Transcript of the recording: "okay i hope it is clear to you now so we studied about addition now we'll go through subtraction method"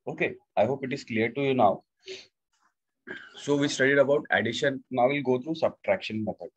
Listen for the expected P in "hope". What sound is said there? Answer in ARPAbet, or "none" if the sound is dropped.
P